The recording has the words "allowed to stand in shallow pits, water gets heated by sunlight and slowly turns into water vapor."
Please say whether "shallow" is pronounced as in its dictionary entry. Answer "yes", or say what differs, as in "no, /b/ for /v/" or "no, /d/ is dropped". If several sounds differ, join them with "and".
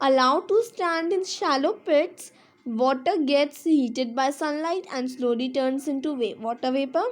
yes